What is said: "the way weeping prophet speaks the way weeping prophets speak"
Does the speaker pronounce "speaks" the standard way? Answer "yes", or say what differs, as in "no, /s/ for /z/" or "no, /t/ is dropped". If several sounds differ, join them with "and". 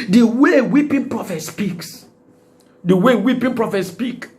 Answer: yes